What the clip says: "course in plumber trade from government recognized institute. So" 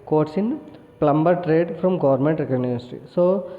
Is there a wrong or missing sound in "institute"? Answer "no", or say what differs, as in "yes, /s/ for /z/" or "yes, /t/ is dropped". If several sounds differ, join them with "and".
yes, /n/ is dropped